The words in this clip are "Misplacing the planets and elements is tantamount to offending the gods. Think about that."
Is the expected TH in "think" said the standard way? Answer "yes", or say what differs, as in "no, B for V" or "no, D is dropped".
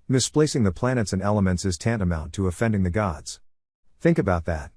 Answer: yes